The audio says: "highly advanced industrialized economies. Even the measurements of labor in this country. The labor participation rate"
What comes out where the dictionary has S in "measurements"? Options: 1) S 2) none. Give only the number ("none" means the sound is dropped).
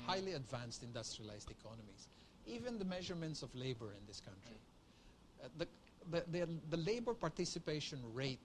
1